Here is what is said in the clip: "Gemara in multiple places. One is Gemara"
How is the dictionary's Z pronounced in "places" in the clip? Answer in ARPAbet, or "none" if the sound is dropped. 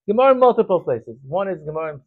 Z